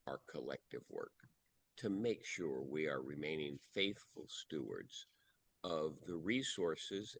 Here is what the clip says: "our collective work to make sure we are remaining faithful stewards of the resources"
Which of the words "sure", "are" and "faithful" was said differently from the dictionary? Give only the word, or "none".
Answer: none